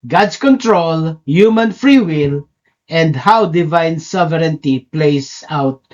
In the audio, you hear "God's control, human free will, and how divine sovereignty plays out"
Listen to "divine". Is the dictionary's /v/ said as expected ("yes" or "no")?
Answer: yes